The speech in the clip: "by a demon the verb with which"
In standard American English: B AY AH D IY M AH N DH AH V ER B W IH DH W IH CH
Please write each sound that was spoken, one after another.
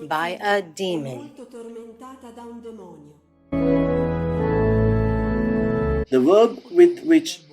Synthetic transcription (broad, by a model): B AY AH D IY M AH N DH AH W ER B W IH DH W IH CH